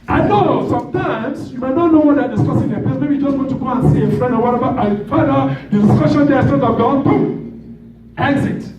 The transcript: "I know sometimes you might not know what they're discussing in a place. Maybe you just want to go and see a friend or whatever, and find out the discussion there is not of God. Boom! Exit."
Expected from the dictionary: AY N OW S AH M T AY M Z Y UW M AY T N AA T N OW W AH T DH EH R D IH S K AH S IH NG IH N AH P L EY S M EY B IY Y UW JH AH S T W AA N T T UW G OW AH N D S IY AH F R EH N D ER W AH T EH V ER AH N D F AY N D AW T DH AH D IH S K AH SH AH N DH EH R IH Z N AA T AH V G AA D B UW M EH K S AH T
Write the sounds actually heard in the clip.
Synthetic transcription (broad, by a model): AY N OW S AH M T AY M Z Y UW M AY T N AA T N OW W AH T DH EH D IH S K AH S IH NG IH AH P EY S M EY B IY Y UW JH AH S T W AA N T T UW G OW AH N S IY AH F R EH N D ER W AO T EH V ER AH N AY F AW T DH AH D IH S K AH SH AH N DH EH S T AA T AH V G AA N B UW EH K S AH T